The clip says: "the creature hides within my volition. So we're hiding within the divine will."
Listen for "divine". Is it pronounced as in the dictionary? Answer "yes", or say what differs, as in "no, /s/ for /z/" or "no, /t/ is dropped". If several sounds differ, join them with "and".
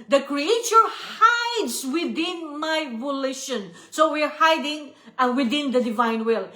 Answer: yes